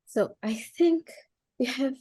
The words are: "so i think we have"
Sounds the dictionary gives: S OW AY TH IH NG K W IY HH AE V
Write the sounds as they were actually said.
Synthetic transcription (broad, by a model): S OW AY TH IH NG K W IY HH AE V